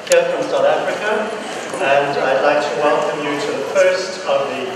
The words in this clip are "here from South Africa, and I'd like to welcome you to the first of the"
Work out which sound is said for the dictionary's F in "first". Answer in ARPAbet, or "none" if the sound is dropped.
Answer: P